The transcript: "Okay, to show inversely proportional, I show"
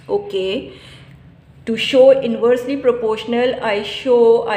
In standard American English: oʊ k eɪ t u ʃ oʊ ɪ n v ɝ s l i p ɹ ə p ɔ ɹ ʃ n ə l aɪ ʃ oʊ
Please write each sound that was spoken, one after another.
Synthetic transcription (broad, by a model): oʊ k eɪ t u ʃ oʊ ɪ n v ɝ s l i p ɹ ə p ɔ ɹ ʃ n ə l aɪ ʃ oʊ